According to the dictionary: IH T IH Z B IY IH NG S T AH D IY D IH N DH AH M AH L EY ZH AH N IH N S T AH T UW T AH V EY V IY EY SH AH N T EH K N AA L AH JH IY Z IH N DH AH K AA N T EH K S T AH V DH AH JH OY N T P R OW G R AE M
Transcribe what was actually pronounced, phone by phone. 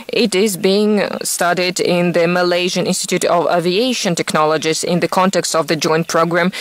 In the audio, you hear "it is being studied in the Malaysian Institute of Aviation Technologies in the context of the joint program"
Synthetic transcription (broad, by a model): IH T IH Z B IY IH NG S T AH D IY D IH N DH AH M AH L EY ZH AH N IH N S T AH T UW T AH V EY V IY EY SH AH N T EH K N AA L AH JH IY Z IH N DH AH K AA N T EH K S T AH V DH AH JH OY N T P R OW G R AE M